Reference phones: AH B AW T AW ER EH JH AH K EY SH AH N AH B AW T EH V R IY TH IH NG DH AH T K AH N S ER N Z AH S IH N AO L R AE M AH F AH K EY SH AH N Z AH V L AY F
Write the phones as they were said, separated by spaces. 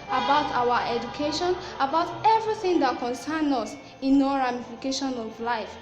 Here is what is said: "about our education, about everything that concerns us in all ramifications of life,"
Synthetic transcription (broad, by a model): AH B AW T AW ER EH JH AH K EY SH AH N AH B AW T EH V R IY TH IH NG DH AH T K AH N S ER N AH S IH N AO R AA M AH F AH K EY SH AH N AH V L AY F